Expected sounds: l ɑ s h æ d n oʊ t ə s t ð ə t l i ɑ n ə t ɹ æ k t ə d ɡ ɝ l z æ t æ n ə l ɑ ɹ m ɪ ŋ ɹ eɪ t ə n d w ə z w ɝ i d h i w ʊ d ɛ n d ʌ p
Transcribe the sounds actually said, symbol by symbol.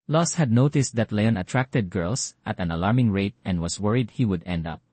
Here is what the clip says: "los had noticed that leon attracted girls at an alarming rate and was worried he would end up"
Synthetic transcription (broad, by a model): l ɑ s h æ d n oʊ t ə s t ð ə t l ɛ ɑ n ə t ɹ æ k t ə d ɡ ɝ l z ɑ t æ n ə l ɑ ɹ m ɪ ŋ ɹ eɪ t ə n d w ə s w ɝ i d h i w ʊ d ɛ n d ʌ p